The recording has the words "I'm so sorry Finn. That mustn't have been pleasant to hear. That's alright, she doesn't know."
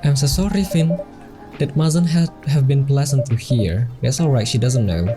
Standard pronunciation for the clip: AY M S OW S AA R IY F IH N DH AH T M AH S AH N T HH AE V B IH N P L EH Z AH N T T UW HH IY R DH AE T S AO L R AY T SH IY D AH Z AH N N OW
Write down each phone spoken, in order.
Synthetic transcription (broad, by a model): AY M S OW S AA R IY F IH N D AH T M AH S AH N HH HH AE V B IH N P L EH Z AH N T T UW HH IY R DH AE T S AO L R AY T SH IY D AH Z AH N N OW